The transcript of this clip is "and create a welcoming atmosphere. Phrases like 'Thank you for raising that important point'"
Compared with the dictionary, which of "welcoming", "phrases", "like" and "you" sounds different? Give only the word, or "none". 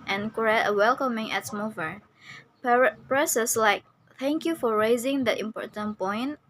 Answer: phrases